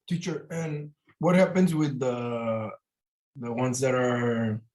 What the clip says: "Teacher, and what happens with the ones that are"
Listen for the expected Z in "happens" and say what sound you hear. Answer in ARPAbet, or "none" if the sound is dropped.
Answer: Z